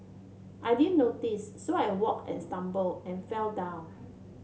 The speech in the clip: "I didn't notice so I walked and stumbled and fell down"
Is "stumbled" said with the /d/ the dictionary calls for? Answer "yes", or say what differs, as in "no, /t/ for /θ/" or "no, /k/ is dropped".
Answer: no, /d/ is dropped